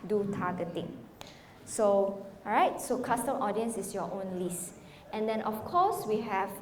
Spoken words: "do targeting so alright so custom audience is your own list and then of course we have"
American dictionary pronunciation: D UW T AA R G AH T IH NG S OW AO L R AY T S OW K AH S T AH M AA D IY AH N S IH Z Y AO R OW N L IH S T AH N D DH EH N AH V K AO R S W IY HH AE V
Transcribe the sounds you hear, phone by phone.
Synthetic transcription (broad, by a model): D UW T AA G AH T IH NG S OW AO R AY T S OW K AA S T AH M AA D IY AH N S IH S Y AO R OW N L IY S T AH N D EH N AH F K AO S W IY HH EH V